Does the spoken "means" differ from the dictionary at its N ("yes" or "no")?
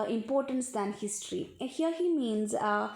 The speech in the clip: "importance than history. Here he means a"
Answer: no